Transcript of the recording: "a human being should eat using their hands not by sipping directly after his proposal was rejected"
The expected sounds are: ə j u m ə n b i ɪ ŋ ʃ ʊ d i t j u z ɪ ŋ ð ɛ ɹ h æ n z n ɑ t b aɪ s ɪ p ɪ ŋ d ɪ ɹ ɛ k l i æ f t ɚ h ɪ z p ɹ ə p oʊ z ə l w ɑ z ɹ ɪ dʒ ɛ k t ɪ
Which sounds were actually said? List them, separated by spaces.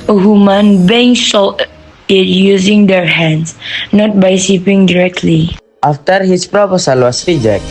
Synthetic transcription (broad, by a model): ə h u m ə n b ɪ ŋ s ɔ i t j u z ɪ ŋ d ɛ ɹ h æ n s n ɑ t b aɪ s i p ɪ ŋ d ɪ ɹ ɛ k l i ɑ f t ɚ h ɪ s p ɹ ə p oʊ s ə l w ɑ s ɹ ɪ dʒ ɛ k